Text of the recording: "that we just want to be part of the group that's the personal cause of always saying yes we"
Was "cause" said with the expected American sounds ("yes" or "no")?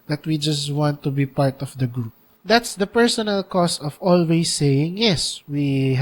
no